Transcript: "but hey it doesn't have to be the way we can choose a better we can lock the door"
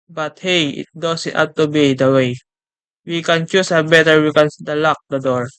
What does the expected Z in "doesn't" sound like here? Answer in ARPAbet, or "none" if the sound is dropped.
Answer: S